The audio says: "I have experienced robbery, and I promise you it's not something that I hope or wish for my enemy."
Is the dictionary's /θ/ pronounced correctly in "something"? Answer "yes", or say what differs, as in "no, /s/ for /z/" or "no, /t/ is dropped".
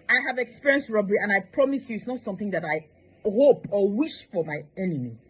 yes